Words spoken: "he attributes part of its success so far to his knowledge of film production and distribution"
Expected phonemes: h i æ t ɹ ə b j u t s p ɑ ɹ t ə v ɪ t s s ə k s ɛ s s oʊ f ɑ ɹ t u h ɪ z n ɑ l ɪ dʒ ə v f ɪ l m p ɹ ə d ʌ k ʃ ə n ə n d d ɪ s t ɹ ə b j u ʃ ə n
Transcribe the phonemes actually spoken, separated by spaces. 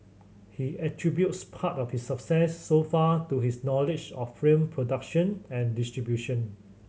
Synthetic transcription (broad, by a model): h i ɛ t ɹ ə b j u t s p ɑ t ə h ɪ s s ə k s ɛ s s oʊ f ɑ t u h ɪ s n ɑ l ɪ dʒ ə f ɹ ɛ m p ɹ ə d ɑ k ʃ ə n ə n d d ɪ s t ɹ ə b j u ʃ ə n